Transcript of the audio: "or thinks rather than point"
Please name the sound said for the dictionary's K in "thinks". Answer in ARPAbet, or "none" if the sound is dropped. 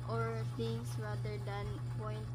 none